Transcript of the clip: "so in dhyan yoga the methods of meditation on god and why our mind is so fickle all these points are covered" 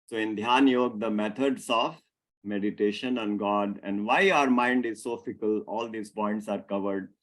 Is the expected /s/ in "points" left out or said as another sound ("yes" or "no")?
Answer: no